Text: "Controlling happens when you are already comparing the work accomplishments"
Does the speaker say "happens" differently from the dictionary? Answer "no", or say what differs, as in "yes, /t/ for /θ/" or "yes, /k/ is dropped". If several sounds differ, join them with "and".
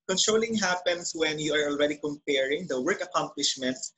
yes, /s/ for /z/